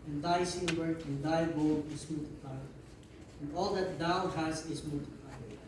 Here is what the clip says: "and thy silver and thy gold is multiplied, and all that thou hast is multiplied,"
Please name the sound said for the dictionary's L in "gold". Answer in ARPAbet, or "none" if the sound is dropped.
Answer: none